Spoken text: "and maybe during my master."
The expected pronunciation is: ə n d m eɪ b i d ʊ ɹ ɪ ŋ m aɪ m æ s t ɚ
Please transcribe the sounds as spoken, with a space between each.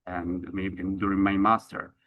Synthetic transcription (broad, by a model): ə n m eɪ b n d ʊ ɹ ɪ ŋ m aɪ m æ s t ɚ